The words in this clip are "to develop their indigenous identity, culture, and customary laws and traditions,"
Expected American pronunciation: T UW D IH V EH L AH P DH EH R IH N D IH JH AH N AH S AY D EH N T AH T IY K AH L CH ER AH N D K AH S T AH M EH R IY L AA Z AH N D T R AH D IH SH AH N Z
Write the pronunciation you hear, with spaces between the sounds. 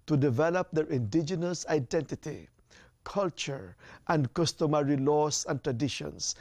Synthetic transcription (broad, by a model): T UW D IH V EH L AH P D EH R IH N D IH JH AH N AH S AY D EH N T AH T IY K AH L CH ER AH N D K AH S T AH M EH R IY L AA S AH N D T R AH D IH SH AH N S